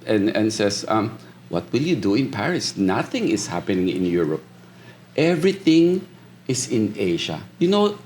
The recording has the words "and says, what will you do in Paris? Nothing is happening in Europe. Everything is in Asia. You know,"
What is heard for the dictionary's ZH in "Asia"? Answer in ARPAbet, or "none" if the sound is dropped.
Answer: SH